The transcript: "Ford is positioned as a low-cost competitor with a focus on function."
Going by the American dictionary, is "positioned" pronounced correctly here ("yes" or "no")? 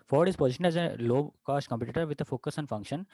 no